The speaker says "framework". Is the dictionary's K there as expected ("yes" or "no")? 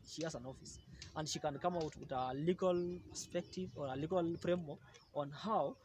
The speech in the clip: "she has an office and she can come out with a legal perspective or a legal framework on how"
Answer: no